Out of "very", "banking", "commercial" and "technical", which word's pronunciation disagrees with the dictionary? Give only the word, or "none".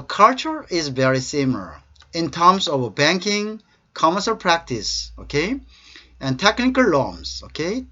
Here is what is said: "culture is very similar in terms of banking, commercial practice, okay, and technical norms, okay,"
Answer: commercial